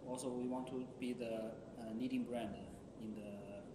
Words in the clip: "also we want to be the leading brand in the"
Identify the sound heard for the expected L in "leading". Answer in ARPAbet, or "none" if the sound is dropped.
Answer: N